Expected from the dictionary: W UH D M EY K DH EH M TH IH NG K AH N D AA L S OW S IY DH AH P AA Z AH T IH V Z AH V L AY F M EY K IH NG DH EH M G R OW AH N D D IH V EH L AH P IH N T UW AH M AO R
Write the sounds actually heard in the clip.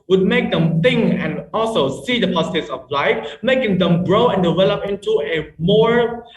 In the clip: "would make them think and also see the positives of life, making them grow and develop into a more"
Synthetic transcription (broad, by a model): W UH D M EY K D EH M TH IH NG AH N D AA L S OW S IY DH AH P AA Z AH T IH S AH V L AY F M EY K IH NG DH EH M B R OW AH N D D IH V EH L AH P IH N T UW AH M AO R